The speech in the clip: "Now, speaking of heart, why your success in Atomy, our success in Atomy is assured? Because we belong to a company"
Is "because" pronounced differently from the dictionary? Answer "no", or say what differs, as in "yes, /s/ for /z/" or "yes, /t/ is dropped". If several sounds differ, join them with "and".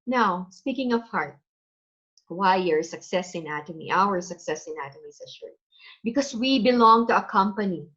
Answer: yes, /s/ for /z/